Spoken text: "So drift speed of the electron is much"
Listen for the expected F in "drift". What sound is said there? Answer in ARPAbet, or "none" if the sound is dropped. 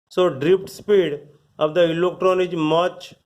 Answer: P